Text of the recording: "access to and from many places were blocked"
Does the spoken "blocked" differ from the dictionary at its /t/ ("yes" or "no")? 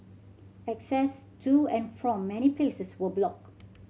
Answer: yes